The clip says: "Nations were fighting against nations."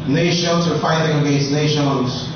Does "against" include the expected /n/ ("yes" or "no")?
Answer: no